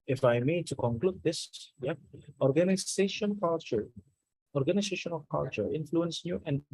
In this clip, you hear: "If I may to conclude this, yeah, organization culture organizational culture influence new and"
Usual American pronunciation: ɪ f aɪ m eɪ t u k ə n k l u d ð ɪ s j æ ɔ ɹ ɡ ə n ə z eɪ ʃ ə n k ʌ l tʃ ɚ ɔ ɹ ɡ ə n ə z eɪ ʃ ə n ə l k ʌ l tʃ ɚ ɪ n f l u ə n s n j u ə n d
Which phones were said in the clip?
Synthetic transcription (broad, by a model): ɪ f aɪ m eɪ t u k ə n k l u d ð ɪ s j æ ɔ ɹ ɡ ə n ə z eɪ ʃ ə n k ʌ l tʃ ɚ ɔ ɹ ɡ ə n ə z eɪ ʃ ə n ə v k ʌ l tʃ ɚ ɪ n f l u ə n s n j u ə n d